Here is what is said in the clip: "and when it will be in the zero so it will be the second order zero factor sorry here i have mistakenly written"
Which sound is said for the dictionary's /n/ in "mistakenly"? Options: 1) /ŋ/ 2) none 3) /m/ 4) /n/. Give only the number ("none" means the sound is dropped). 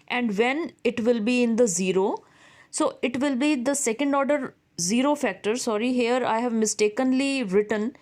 4